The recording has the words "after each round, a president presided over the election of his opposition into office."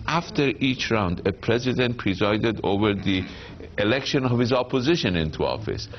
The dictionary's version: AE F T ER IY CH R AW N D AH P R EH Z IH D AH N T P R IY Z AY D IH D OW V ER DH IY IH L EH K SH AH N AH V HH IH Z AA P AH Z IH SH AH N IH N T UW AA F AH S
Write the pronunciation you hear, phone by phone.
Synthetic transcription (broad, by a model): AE F T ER IY CH R AW N D AH P R EH Z IH D AH N T P R IY Z AY D IH D OW V ER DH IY IH L EH K SH AH N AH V HH IH Z AA P AH Z IH SH AH N IH N T UW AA F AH S